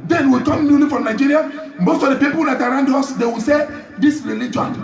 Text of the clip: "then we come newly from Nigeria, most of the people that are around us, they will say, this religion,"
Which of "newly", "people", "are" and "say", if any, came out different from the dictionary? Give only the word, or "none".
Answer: none